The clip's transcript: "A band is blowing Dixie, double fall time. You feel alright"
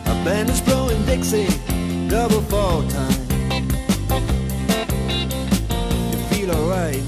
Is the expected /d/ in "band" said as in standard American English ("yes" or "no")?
no